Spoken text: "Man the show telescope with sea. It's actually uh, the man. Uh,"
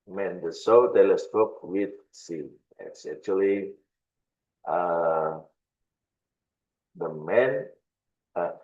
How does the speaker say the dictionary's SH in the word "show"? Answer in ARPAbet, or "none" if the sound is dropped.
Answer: S